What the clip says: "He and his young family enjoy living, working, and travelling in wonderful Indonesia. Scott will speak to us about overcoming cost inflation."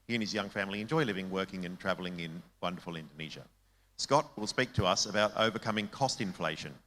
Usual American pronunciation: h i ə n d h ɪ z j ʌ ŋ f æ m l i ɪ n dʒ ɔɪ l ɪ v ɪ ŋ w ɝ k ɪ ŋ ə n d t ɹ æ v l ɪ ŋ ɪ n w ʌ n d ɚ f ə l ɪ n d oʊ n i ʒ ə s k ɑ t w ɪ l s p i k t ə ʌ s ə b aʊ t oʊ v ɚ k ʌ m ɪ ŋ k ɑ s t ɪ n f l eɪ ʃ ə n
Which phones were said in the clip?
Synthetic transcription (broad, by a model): h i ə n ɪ z j ʌ ŋ f æ m l i ɪ n dʒ ɔɪ l ɪ v ɪ ŋ w ɝ k ɪ ŋ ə n t ɹ æ v l ɪ ŋ ɪ n w ʌ n d ɚ f ə l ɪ n d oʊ n i ʒ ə s k ɑ t w ɪ l s p i k t ə ʌ s ə b aʊ t oʊ v ɚ k ʌ m ɪ ŋ k ɑ s t ɪ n f l eɪ ʃ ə n